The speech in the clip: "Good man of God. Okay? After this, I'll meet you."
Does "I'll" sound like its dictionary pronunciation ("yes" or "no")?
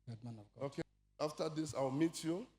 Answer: no